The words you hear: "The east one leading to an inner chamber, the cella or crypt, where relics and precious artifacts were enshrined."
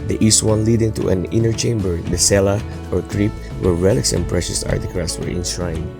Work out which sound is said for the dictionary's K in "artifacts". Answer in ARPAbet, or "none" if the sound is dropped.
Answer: none